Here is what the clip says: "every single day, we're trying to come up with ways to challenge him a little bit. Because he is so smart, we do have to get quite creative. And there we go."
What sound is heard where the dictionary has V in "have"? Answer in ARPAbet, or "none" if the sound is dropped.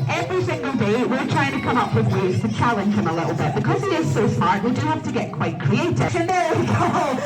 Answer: F